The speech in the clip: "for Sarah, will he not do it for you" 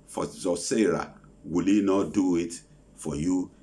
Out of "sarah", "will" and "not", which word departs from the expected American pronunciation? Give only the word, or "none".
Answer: none